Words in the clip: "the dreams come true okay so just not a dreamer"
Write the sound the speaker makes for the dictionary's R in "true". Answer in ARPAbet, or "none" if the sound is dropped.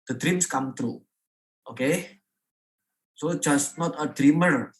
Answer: R